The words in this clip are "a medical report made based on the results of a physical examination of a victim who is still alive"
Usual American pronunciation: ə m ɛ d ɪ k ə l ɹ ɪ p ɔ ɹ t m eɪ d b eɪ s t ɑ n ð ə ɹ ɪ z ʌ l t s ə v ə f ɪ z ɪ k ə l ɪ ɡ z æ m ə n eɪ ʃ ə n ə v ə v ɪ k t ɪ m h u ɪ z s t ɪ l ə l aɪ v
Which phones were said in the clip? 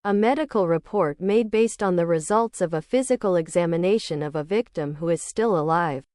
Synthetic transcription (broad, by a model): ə m ɛ d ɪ k l ɹ ɪ p ɔ ɹ t m eɪ d b eɪ s t n ð ə ɹ ɪ z ʌ l t s ə v ə f ɪ z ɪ k l ɪ ɡ z æ m ə n eɪ ʃ ə n ə v ə v ɪ k t ɪ m h u ɪ z s t ɪ l ə l aɪ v